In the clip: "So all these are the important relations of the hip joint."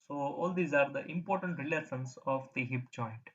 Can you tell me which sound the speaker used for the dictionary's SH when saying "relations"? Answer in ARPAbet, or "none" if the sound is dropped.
S